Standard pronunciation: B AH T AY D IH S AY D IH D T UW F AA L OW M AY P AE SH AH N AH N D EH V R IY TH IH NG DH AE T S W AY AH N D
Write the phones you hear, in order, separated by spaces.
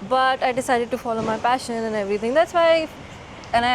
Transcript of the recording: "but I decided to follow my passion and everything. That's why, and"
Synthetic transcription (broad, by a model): B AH T AY D IH S AY D IH D T UW F AA L OW M AY P AE SH AH N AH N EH V R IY T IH NG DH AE T S W AY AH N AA